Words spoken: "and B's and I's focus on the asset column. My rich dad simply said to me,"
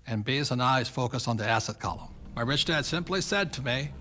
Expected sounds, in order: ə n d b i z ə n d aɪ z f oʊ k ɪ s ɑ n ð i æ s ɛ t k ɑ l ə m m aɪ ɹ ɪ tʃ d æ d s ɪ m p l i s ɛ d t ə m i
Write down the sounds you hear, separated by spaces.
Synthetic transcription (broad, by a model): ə n b i z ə n aɪ z f oʊ k ɪ s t n ð i æ s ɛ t k ɑ l ə m m aɪ ɹ ɪ tʃ d æ d s ɪ m p l i s ɛ d t ə m i